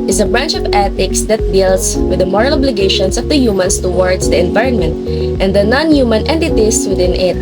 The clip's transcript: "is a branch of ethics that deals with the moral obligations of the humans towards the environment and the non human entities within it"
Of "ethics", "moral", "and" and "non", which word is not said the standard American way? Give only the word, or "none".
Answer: ethics